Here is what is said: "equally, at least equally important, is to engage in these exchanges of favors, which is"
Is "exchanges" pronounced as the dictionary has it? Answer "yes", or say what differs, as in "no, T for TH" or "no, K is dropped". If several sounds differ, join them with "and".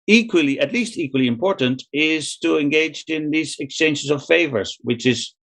no, SH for JH